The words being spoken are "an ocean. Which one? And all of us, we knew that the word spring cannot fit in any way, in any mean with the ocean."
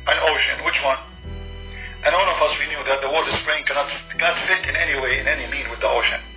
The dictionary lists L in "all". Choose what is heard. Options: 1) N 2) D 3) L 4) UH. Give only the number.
1